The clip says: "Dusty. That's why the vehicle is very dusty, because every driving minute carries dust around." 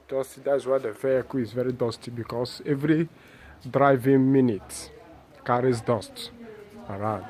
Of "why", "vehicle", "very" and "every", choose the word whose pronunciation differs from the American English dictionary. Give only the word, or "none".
vehicle